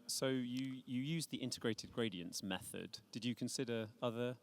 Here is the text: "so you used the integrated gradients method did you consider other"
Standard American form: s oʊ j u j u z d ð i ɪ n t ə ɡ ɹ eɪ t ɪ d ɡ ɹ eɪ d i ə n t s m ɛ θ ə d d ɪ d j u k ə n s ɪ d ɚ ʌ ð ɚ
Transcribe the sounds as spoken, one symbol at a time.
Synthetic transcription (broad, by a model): s oʊ j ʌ j u z ð i ɪ n t ə ɡ ɹ eɪ t ɪ d ɡ ɹ eɪ d i ə n t s m ɛ θ ə d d ɪ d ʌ k ə n s ɪ d ɚ ʌ ð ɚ